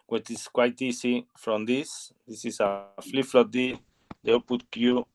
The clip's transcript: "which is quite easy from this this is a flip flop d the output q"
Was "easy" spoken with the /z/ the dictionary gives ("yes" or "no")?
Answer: no